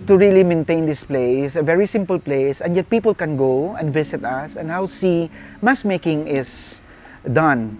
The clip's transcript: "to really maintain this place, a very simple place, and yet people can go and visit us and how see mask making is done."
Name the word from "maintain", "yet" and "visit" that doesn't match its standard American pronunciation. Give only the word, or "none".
visit